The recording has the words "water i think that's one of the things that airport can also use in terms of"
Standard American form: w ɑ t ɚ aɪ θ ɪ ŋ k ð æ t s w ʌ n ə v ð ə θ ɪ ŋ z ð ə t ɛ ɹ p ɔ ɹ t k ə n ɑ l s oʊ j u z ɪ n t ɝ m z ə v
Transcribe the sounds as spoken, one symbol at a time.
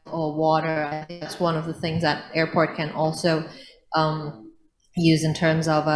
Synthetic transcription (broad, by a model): w ɑ t ɚ aɪ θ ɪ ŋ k ð æ t s w ʌ n ə v ð ə θ ɪ ŋ z ð ə t ɛ ɹ p ɔ ɹ t k ə n ɑ l s oʊ j u z ɪ n t ɝ m z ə v